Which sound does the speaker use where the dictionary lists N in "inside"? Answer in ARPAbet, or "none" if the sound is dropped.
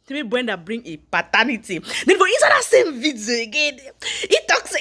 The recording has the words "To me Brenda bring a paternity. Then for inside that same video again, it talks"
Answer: none